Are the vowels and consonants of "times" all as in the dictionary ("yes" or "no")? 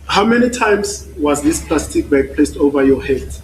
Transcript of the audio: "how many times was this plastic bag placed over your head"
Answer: no